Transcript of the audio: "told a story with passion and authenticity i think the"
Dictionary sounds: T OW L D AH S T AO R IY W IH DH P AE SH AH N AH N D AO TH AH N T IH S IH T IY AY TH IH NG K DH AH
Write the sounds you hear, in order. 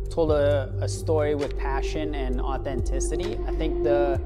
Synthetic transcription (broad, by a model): T OW L D AH S T AO R IY W IH DH P AE SH AH N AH N AO TH AH N T IH S IH T IY AY TH IH NG K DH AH